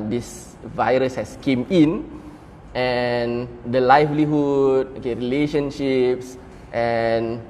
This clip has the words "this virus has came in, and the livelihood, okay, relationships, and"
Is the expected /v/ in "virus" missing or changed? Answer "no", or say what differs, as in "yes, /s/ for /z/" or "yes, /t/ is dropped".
no